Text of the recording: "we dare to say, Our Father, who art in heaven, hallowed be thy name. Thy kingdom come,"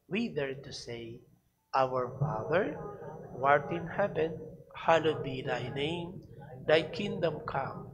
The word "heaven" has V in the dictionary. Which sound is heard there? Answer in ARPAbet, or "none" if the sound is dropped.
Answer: P